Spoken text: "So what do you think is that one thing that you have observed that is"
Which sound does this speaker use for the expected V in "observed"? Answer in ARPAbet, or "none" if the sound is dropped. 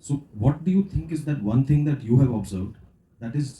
V